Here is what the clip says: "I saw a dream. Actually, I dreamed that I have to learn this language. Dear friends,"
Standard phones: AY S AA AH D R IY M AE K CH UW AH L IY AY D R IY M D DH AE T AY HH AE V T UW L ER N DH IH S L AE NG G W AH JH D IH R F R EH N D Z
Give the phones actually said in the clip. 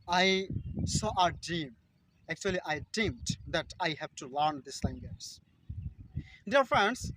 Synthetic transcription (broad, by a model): AY S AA AH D IY M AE K CH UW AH L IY AY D IY M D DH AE T AY HH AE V T UW L ER N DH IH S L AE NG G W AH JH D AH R F R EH N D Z